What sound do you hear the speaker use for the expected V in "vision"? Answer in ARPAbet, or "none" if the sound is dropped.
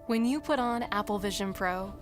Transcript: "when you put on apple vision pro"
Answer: V